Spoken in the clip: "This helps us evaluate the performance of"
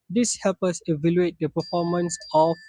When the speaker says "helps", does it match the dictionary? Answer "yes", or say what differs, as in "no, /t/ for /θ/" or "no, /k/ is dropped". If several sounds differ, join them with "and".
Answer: no, /s/ is dropped